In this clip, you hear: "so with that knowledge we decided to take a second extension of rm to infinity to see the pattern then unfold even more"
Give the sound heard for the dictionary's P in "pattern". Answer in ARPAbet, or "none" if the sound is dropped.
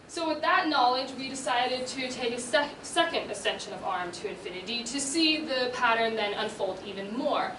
P